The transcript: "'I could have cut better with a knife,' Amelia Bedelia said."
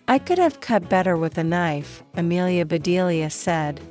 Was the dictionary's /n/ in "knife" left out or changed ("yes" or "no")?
no